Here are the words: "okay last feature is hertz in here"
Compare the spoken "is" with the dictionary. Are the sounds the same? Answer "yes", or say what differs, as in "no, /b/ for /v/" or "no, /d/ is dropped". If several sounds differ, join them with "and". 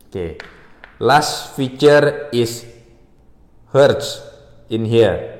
no, /s/ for /z/